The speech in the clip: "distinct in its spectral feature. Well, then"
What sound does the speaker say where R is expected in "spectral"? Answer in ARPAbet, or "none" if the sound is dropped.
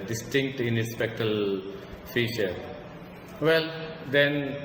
none